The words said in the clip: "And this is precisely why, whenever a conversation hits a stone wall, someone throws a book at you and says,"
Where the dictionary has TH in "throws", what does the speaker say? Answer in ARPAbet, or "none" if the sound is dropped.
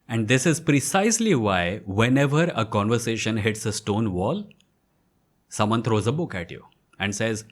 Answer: T